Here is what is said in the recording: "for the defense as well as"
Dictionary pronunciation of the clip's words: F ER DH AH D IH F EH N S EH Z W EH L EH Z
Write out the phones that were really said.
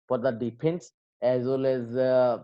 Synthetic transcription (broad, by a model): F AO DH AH D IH P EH N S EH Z W EH L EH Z